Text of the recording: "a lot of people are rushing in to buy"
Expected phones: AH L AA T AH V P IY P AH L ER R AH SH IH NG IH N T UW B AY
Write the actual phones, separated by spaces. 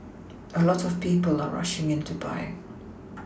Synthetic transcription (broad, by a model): AH L AA T AH V P IY P AH L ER R AH SH IH NG IH N T UW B AY